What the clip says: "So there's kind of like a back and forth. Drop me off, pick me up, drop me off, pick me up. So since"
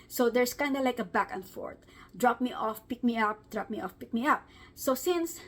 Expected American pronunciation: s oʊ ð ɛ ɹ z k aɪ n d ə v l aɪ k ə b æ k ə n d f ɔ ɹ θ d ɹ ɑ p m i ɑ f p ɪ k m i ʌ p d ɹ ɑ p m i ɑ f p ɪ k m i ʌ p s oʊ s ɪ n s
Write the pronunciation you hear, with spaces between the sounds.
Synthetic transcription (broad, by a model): s oʊ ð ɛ ɹ s k aɪ n d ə l aɪ k ə b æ k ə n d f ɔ ɹ t d ɹ ɑ p m i ɑ f p ɪ k m i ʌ p d ɹ ɑ p m i ɑ f p ɪ k m i ʌ p s oʊ s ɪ n s